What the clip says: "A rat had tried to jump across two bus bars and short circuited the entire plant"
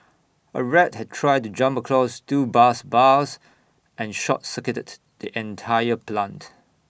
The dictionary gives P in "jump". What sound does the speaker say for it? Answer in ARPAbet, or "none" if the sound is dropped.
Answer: P